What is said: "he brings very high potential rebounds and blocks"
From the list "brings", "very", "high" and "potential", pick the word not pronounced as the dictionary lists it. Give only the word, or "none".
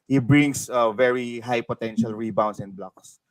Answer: brings